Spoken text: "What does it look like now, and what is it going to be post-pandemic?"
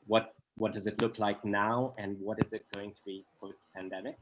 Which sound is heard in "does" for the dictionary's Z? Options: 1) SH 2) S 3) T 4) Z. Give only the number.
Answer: 4